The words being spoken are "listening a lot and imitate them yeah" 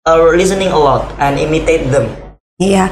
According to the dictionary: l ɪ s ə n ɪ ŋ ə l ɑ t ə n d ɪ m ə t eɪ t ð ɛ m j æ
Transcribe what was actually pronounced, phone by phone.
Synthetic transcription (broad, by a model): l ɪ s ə n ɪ ŋ ə w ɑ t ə n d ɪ m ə t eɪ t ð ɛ m j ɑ